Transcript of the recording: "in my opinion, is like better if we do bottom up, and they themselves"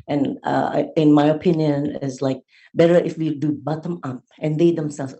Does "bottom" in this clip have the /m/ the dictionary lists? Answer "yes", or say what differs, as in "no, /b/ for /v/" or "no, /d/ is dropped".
yes